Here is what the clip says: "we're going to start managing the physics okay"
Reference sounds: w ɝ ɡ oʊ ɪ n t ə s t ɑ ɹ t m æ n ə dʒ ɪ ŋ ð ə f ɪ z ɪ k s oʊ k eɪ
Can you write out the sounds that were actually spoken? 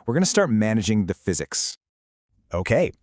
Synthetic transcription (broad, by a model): w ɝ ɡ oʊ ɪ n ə s t ɑ ɹ t m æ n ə dʒ ɪ ŋ ð ə f ɪ z ɪ k s oʊ k eɪ